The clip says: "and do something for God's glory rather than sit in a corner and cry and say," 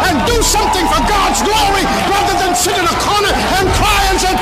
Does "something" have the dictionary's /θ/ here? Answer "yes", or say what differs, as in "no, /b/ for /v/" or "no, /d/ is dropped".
yes